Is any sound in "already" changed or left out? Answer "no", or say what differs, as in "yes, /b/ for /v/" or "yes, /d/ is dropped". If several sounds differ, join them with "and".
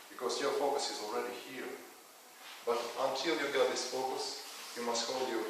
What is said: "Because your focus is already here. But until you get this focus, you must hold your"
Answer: no